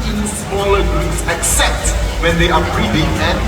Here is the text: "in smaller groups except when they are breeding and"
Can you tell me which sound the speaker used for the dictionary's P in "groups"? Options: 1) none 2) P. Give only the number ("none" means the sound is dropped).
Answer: 1